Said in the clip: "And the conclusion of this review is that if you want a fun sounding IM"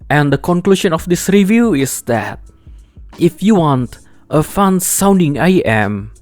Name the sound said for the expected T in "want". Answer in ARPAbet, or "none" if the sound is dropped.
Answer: T